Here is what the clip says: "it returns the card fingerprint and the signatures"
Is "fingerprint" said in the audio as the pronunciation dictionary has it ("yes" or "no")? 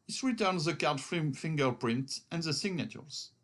yes